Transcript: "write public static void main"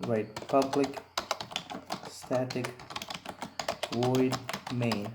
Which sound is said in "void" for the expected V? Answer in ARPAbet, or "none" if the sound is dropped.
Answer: W